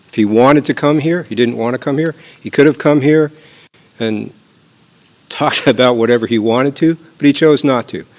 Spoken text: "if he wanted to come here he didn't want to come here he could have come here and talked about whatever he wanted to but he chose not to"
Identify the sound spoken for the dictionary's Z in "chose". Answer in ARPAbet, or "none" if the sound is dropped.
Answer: Z